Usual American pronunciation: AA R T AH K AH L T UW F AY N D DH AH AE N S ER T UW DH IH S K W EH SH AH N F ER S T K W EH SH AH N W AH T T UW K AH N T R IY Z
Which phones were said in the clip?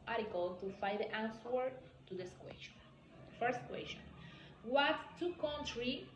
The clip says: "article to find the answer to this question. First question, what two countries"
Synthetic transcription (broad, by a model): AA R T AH K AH L T UW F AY D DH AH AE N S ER T UW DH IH S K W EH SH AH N F ER S T K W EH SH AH N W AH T T UW K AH N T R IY